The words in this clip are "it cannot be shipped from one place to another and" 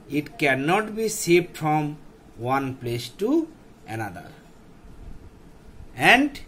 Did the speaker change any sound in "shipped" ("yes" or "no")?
yes